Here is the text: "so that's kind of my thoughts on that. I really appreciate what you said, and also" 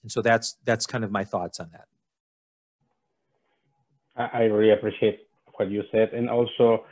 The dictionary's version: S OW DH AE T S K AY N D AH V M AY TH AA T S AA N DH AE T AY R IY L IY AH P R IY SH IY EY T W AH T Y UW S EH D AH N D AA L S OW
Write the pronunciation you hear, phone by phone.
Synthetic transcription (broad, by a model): S OW DH AE T S K AY N D AH V M AY TH AA T S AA N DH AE T AY R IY IY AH P R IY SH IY EY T W AH T Y UW S EH D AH N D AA L S OW